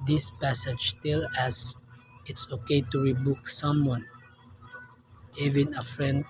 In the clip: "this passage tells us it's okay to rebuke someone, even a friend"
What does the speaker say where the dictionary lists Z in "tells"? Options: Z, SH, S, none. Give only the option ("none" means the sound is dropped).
none